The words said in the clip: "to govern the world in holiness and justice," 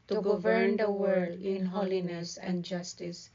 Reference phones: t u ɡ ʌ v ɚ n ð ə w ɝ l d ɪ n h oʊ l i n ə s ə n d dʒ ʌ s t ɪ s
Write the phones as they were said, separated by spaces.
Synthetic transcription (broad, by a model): t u ɡ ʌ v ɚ n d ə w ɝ d ɪ n h oʊ l i n ə s ə n d dʒ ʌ s t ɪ s